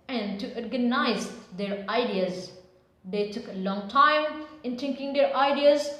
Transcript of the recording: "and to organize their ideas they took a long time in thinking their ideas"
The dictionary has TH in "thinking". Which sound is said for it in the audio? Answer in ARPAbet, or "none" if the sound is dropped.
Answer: T